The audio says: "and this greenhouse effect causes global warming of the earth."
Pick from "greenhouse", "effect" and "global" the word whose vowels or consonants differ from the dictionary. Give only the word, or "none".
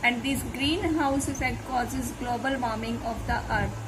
effect